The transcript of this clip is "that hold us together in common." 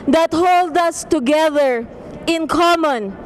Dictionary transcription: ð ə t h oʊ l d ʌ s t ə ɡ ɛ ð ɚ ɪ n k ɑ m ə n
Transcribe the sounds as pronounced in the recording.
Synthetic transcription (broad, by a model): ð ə t h oʊ l d ʌ s t ə ɡ ɛ ð ɚ ɪ n k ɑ m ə n